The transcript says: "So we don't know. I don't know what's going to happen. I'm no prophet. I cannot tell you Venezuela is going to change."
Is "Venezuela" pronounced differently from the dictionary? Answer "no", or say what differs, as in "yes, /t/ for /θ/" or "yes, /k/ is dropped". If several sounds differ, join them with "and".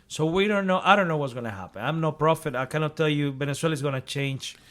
yes, /s/ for /z/